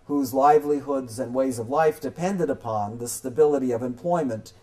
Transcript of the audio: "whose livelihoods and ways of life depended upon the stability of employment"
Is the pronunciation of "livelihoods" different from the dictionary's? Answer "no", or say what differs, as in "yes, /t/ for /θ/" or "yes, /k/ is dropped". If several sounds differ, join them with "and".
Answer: no